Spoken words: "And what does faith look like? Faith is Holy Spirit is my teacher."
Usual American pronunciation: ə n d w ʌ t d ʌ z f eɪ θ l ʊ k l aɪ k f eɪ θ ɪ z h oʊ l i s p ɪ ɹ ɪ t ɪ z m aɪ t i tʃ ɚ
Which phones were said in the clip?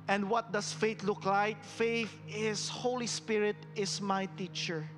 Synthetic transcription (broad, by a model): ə n d w ʌ t d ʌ s f eɪ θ l ʊ k l aɪ k f eɪ θ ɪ s h oʊ l i s p ɪ ɹ ɪ t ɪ s m aɪ t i tʃ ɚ